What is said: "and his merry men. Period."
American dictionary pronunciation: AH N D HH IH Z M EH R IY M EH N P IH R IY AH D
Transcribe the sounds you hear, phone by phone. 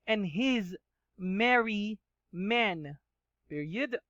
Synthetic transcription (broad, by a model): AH N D HH IH Z M EH R IY M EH N P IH R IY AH D